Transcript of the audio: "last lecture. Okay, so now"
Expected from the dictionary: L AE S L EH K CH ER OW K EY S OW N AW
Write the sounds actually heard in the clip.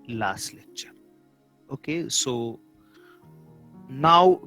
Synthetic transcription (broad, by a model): L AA S L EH CH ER OW K EY S OW N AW